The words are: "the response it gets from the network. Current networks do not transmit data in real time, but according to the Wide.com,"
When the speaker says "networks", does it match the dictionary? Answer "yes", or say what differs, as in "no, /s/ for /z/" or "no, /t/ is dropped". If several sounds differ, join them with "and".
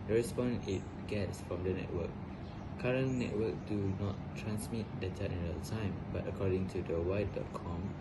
no, /s/ is dropped